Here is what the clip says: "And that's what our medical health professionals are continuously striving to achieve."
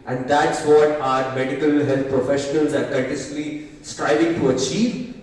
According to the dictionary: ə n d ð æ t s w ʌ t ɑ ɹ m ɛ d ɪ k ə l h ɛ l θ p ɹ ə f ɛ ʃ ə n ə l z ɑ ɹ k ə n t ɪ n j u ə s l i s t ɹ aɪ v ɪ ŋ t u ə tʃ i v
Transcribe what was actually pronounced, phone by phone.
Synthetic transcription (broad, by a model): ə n d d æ t s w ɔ t ɑ ɹ m ɛ d ɪ k ə l h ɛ l t p ɹ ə f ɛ ʃ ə n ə l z ɑ ɹ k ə t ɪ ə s l i s t ɹ aɪ v ɪ ŋ t u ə tʃ i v